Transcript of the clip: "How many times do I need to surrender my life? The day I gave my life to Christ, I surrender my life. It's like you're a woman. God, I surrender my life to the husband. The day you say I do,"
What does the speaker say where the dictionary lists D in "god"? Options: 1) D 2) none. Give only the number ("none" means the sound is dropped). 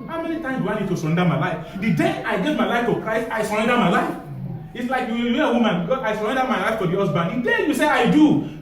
2